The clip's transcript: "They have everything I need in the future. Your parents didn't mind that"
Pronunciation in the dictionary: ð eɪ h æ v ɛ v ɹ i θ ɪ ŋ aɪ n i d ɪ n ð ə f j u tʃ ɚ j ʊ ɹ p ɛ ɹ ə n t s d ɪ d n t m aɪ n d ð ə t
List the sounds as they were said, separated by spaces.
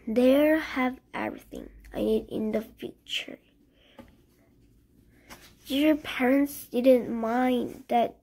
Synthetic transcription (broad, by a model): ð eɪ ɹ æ v ɛ v ɹ i θ ɪ ŋ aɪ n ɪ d ɪ n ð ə f j u tʃ ɚ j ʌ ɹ p ɛ ɹ ə n t s d ɪ d n t m aɪ n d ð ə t